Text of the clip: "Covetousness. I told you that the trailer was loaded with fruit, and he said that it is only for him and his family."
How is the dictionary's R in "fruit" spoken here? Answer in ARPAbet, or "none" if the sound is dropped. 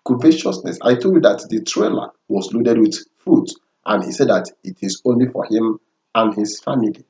none